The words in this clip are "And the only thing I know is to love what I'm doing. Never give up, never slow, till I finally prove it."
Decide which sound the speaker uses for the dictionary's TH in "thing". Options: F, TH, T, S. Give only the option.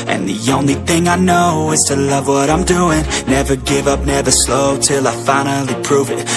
TH